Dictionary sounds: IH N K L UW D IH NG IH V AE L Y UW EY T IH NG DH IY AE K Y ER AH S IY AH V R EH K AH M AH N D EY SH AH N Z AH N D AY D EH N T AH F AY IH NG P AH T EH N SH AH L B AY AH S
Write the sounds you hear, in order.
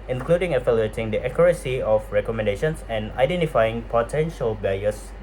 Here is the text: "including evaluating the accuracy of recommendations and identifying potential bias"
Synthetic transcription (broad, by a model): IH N K L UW D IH NG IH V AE L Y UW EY T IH NG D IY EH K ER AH S IY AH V R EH K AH M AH N D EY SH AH N S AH N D AY D EH N T AH F AY IH NG P AH T EH N SH AH L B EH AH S